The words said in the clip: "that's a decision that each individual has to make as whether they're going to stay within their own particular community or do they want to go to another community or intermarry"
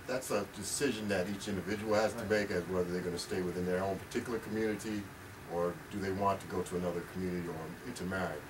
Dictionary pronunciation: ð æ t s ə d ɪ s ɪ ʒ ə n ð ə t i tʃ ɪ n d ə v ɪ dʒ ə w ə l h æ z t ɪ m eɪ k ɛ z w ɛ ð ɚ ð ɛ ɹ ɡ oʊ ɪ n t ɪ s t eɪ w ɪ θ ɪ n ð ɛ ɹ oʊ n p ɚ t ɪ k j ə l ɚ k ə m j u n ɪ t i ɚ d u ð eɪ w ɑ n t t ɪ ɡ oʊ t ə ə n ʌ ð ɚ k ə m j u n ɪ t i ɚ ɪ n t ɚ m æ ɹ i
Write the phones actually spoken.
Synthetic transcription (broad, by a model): ð æ t s ə d ɪ s ɪ ʒ ə n ð ə t i tʃ ɪ n d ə v ɪ dʒ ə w l h æ z t ɪ m eɪ k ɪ z w ɛ ð ɚ ð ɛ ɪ ɡ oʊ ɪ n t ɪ s t eɪ w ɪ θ ɪ n ð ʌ ɹ oʊ n p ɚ t ɪ k j l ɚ k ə m j u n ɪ t i ɚ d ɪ ð eɪ w ɑ n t t ɪ ɡ oʊ t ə ə n ʌ ð ɚ k m j u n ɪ t i ɚ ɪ n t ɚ m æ ɹ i